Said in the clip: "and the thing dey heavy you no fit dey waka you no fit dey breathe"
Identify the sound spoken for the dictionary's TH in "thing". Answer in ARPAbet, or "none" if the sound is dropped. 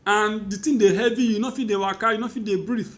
T